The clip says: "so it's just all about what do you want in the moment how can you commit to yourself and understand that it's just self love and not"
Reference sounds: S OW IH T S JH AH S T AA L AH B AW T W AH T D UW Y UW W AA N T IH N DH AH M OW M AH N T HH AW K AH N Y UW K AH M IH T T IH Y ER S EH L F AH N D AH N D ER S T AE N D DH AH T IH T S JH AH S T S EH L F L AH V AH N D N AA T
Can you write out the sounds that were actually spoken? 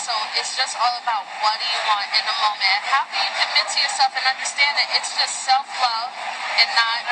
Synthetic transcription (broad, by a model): S OW IH T S JH AH S T AA L AH B AW T W AH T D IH Y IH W AA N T IH N DH AH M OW M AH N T HH AW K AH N Y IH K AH M IH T T IH Y ER S EH L F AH N AH N D ER S T AE N D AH T IH T S JH AH S T S EH L F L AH AH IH N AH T